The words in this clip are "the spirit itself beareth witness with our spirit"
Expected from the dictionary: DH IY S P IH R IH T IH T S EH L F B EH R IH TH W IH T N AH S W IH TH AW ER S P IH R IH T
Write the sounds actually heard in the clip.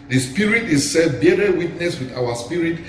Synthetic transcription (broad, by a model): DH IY S P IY R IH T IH S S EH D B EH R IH W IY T N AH S W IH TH AW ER S P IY R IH T